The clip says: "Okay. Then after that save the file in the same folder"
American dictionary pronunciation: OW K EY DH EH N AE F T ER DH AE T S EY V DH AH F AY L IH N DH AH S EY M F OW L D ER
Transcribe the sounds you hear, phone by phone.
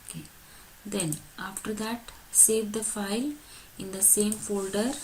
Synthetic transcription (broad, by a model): K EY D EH N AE F T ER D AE T S EY V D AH F AY L IH N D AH S EY M F OW L D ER